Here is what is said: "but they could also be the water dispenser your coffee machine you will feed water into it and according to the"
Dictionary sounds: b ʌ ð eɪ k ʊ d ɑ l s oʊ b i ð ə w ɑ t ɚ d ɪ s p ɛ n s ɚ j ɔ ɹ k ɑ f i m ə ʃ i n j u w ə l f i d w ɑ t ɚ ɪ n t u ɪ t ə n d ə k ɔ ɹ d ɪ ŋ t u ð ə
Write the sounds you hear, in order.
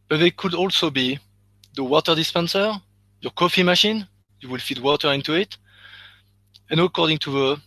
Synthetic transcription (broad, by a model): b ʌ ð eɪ k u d ɑ l s oʊ b i ð ə w ɑ t ɚ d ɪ s p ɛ n s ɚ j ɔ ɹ k ɑ f i m ə ʃ i n j u w ə l f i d w ɑ t ɚ ɪ n t u ɪ t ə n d ə k ɔ ɹ d ɪ ŋ t u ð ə